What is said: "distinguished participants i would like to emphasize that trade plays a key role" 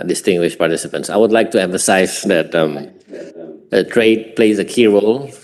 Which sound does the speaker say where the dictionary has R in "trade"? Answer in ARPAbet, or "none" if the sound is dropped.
R